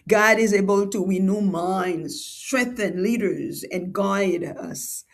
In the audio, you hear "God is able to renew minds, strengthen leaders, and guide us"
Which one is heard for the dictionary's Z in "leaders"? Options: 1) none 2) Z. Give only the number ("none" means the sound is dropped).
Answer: 2